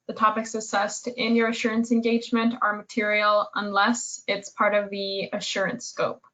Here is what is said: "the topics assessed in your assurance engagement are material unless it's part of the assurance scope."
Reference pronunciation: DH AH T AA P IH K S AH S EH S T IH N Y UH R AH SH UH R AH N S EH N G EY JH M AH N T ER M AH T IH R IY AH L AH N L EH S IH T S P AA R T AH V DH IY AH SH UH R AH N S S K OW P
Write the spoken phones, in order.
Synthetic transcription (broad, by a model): DH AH T AA P IH K S AH S EH S T IH N Y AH R AH SH UH R AH N S EH N G EY JH M AH N T ER M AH T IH R IY L AH N L EH S IH T S P AA R T AH V DH IY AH SH UH R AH N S S K OW P